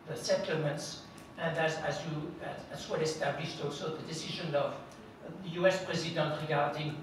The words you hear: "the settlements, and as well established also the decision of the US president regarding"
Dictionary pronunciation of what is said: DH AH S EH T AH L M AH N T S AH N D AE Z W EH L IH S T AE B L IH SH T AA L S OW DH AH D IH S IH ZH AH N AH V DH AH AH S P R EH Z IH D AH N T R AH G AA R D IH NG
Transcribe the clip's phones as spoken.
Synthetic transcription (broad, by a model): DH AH S EH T L M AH N T S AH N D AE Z W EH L IH S T AE B L IH SH T AA L S OW DH AH D IH S IH ZH AH N AH V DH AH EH S P R EH Z IH D AH N T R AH G AA R D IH NG